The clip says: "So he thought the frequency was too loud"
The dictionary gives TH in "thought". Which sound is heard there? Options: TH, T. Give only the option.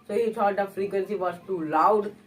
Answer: T